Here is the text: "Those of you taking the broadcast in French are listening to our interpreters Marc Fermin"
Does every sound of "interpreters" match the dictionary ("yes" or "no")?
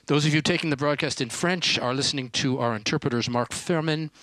yes